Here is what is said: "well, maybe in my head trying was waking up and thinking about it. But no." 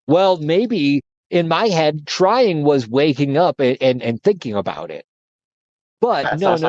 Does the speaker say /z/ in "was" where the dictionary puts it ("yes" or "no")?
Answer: yes